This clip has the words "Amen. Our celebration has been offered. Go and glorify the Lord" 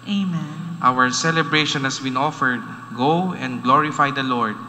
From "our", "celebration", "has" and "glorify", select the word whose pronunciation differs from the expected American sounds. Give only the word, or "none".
has